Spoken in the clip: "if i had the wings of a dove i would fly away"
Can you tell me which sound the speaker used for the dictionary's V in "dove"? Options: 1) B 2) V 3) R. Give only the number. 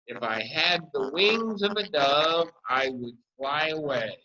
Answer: 2